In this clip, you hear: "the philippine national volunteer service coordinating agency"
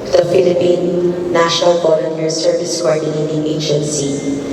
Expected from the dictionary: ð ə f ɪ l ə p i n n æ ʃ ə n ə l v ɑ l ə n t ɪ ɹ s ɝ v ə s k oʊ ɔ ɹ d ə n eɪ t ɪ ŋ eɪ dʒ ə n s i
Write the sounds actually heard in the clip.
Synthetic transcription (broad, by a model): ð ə f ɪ l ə p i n n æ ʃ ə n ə l b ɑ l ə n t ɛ ɹ s ɝ v ə s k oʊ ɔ ɹ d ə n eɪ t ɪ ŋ eɪ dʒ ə n s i